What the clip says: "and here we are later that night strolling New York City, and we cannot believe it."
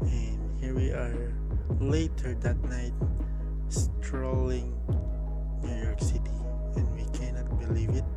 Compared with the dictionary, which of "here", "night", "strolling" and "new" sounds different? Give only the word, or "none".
none